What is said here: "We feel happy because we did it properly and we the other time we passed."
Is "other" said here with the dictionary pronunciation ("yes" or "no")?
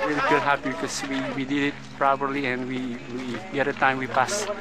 no